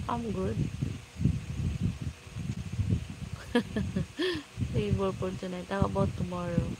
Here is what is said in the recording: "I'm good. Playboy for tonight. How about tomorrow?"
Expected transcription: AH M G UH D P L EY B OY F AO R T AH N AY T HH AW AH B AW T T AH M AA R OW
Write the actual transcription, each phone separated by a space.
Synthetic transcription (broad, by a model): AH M G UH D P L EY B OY P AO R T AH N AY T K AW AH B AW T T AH M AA R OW